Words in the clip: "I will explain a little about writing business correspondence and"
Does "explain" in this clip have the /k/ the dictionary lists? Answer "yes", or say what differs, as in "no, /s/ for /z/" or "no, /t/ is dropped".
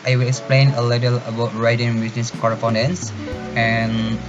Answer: yes